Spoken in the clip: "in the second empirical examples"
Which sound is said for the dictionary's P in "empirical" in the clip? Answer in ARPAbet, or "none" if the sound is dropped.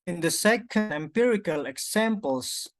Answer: P